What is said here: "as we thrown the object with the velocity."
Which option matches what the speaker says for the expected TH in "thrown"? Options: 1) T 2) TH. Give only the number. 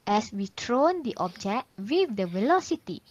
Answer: 1